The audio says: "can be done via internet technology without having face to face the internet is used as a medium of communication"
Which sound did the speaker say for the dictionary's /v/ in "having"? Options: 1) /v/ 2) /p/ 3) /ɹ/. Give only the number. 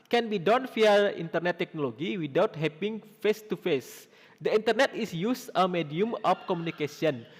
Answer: 2